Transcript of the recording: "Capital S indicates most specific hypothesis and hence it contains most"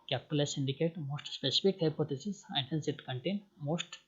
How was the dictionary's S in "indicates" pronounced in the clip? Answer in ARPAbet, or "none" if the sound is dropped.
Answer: none